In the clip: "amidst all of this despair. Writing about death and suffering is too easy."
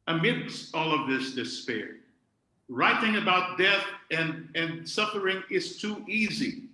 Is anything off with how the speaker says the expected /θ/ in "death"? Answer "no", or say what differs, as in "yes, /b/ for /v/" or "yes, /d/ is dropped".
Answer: no